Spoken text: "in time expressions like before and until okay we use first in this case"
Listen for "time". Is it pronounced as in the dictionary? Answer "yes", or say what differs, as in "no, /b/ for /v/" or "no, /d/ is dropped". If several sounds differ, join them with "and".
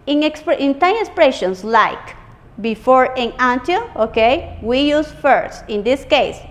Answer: no, /s/ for /t/